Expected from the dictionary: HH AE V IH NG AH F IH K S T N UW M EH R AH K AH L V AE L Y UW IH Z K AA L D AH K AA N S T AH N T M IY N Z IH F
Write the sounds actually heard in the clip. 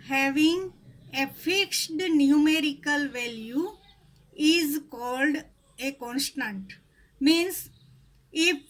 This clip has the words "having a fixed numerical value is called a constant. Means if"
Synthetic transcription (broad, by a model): HH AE V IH NG AH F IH K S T N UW M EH R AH K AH L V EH L Y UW IH Z K AA L D AH K AA N S T AH N T M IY N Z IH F